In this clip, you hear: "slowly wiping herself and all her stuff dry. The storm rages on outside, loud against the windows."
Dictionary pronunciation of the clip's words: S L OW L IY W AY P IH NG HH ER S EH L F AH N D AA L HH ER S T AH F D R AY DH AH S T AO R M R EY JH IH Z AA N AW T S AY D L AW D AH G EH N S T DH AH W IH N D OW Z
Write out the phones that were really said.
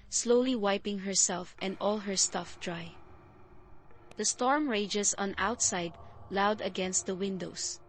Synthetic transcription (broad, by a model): S L OW L IY W AY P IH NG HH ER S EH L F AH N D AA L HH ER S T AH F D R AY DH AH S T AO R M R EY JH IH S AA N AW T S AY D L AW D AH G EH N S T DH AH W IH N D OW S